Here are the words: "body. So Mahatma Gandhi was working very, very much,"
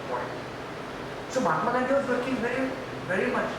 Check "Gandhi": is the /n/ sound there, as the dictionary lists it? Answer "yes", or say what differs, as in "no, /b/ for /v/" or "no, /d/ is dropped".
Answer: no, /n/ is dropped